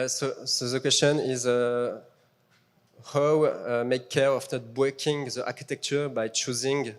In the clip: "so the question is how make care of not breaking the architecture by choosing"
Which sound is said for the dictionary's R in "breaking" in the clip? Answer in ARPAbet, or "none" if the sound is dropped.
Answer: W